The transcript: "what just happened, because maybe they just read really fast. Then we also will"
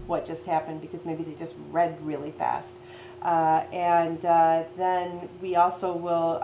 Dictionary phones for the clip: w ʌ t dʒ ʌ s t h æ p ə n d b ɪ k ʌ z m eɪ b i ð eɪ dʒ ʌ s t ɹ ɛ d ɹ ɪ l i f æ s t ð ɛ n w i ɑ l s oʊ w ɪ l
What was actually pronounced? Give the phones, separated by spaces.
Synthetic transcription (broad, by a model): w ʌ t dʒ ʌ s t h æ p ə n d b ɪ k ʌ z m eɪ b i ð eɪ dʒ ʌ s t ɹ ɛ d ɹ ɪ l i f æ s t ð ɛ n w i ɑ l s oʊ w ɪ l